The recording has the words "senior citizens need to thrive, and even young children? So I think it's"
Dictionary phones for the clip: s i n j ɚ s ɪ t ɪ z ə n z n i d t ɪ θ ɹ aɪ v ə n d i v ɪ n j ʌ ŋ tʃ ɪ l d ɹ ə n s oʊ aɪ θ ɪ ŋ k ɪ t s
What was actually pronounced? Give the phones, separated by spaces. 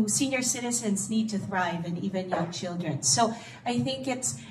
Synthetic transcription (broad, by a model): s i n j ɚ s ɪ t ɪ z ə n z n i d t ɪ θ ɹ aɪ v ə n i v ɪ n j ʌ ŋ tʃ ɪ l d ɹ ə n s oʊ aɪ θ ɪ ŋ k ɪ t s